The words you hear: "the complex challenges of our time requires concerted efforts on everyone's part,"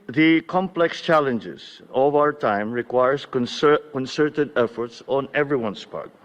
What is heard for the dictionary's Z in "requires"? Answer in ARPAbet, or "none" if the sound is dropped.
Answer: S